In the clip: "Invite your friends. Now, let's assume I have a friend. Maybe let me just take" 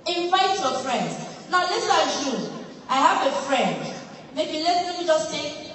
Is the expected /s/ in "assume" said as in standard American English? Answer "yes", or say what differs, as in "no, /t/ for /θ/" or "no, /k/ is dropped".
no, /ʃ/ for /s/